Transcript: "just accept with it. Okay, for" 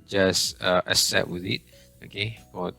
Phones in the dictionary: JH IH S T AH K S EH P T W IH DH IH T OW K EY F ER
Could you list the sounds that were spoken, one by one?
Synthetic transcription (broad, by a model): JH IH S T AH S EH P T W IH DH IH T OW K EY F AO